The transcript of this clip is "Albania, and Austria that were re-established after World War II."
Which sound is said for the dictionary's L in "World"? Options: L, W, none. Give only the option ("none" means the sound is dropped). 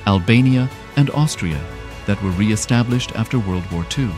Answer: L